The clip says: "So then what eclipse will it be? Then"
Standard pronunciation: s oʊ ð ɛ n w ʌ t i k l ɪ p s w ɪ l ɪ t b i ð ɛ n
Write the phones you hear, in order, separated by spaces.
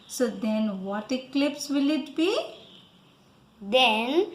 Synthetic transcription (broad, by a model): s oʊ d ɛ n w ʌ t i k l ɪ p s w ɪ l ɪ t b i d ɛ n